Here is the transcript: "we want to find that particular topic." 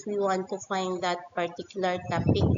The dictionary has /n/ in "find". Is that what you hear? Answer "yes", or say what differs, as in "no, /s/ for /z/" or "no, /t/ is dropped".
yes